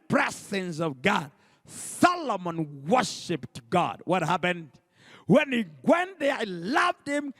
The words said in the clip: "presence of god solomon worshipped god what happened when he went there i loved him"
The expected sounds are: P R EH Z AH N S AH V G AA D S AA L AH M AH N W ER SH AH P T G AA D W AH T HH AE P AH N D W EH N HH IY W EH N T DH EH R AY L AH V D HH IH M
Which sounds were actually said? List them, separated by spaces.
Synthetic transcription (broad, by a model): P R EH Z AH N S AH V G AA D S AA L AH M AH N W ER SH AH P T G AA D W AH T HH AE P AH N D W EH N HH IY W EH N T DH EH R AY L AH V D HH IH M